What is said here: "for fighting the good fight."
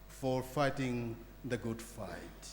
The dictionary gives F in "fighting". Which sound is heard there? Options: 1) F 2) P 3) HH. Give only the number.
1